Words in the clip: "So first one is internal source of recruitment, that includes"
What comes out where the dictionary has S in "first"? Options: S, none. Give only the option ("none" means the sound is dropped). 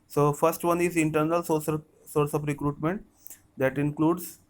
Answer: S